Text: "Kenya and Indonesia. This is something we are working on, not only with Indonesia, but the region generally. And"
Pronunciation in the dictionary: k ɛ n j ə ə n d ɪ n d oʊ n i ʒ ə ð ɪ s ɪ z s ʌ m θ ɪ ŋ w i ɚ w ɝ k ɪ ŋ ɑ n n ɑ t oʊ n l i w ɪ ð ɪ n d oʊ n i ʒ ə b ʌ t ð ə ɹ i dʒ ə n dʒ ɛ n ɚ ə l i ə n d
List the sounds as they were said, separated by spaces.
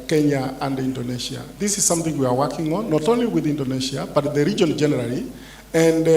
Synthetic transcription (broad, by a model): k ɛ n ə ə n d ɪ n d oʊ n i ʃ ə ð ɪ s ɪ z s ʌ m θ ɪ ŋ w i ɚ w ɝ k ɪ ŋ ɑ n n ɑ t oʊ n l i w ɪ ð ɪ n d oʊ n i ʃ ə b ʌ t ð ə ɹ i dʒ ə n dʒ ɛ n ɚ ə l i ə n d